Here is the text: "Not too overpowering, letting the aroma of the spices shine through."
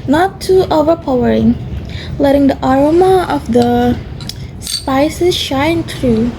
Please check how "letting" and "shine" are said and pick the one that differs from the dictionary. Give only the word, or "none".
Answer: none